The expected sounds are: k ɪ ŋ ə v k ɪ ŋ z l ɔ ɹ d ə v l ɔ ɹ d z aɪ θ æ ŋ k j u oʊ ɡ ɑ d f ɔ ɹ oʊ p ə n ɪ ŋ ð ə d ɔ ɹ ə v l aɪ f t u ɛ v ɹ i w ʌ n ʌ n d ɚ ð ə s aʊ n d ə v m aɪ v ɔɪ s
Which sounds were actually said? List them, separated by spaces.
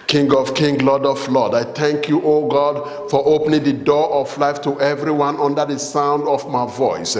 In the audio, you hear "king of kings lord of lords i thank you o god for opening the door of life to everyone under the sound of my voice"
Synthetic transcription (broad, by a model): k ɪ ŋ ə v k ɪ ŋ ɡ l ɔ d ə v l ɔ d aɪ θ æ ŋ k j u oʊ ɡ ɑ d f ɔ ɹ oʊ p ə n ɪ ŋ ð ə d ɔ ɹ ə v l aɪ f t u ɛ v ɹ i w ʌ n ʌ n d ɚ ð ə s aʊ n d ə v m aɪ v ɔɪ s